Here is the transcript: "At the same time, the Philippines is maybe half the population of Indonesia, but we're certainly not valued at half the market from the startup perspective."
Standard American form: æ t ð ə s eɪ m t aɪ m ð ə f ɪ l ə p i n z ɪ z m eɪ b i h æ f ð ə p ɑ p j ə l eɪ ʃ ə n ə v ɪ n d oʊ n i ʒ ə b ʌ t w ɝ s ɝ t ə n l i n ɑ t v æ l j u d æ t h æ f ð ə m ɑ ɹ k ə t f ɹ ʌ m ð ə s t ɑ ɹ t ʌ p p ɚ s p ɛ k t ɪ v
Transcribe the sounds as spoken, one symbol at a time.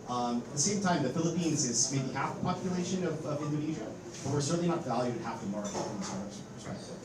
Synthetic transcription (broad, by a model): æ t ð ə s eɪ m t aɪ m ð ə f ɪ l ə p i n z ɪ z m eɪ b i h æ f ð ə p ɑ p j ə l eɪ ʃ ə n ə v ɪ n d oʊ n i ʒ ə b ʌ t w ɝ s ɝ t n l i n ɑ t v æ l j u d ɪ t h æ f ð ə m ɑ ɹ ə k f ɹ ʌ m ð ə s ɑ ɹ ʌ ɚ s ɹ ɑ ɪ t